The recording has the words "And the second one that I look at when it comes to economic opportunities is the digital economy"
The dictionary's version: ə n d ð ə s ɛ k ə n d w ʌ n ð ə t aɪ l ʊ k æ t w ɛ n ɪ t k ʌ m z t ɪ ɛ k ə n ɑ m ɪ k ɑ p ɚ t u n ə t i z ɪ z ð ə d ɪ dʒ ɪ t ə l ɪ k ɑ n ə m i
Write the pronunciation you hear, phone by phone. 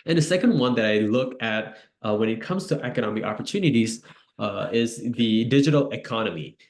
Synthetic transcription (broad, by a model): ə n ð ə s ɛ k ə n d w ʌ n ð ə t aɪ l ʊ k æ t w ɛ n ɪ t k ʌ m z t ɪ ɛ k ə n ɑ m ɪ k ɑ p ɚ t u n ə t i z ɪ z ð ə d ɪ dʒ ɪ t l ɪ k ɑ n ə m i